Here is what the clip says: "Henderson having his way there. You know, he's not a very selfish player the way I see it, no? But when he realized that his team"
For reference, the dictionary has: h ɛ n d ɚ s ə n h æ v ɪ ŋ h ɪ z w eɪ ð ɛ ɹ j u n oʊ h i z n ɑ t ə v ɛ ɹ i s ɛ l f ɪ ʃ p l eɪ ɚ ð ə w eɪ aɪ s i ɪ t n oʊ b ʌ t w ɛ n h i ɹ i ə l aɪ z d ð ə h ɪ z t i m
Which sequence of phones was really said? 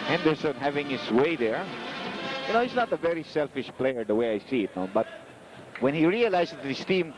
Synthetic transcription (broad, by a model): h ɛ n d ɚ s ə n h æ v ɪ ŋ h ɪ s w eɪ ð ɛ ɹ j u n oʊ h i s n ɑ t ə v ɛ ɹ i s ɛ l f ɪ ʃ p l eɪ ɚ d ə w eɪ aɪ s i ɪ t n oʊ b ʌ t w ɛ n h i ɹ i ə l aɪ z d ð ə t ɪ s t i m